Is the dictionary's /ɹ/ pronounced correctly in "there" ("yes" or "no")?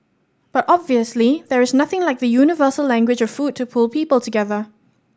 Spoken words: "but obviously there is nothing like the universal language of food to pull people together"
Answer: yes